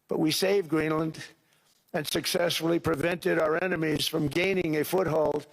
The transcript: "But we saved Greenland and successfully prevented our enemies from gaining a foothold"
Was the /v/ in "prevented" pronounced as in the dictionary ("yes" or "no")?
yes